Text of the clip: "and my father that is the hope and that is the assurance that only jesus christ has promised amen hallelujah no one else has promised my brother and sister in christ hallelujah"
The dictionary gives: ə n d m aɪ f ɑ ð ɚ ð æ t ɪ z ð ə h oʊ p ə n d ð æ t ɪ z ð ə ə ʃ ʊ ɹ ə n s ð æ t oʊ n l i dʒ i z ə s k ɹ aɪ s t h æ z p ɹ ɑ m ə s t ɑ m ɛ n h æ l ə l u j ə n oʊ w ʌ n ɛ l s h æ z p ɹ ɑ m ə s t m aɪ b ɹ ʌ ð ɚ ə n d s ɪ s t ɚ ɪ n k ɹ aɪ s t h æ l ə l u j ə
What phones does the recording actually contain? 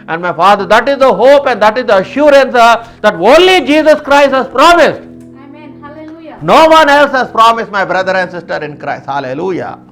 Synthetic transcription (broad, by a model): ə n d m aɪ f ɑ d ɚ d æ t ɪ z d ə h oʊ p ə n d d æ t ɪ z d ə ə ʃ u ɹ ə n s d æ t oʊ n l i dʒ i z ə s k ɹ aɪ s t h æ z p ɹ ɑ m ə s t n n oʊ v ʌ n ɛ l s h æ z p ɹ ɑ m ə s t m aɪ b ɹ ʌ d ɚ ə n d s ɪ s t ɚ ɪ n k ɹ aɪ s t h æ l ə l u j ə